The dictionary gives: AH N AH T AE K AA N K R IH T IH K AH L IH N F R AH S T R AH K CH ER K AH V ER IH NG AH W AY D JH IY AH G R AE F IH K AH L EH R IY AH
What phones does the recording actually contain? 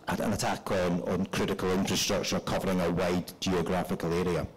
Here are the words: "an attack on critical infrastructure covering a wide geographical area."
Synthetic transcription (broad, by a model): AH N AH T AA K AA N K R IH T IH K AH L IH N F R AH S T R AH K CH ER K AH V ER IH NG AH W AY D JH IY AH G R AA F IH K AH L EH R IY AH